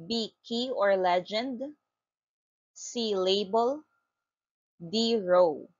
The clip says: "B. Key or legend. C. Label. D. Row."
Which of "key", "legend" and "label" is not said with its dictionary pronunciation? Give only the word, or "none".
none